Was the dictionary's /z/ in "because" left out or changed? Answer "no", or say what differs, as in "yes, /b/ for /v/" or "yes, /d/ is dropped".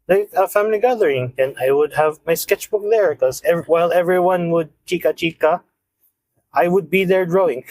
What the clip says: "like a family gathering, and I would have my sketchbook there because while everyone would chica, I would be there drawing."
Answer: yes, /z/ is dropped